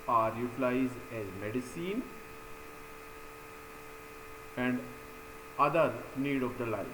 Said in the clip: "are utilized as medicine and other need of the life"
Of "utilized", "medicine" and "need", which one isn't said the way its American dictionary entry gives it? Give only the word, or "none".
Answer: utilized